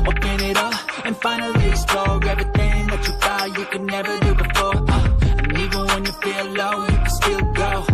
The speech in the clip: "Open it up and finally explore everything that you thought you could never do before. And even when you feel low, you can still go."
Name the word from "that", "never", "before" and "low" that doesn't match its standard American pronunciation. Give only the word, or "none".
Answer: none